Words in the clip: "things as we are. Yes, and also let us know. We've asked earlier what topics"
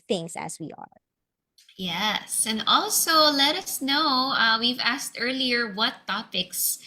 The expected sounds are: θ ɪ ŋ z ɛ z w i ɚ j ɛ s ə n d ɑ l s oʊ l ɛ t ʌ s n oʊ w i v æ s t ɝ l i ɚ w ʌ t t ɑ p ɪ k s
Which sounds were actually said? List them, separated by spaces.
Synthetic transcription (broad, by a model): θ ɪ ŋ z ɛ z w i ɚ j ɛ s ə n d ɑ l s oʊ l ɛ t ʌ s n oʊ w i v æ s t ɝ l i ɚ w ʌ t t ɑ p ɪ k s